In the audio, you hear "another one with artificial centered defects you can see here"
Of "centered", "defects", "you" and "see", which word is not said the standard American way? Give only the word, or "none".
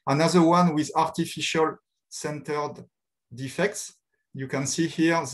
none